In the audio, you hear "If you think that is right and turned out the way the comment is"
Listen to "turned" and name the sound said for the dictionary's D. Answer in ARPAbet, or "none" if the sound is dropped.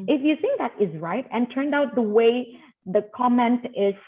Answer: D